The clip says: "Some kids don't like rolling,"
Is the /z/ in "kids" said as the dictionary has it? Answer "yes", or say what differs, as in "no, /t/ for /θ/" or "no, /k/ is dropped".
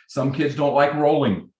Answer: yes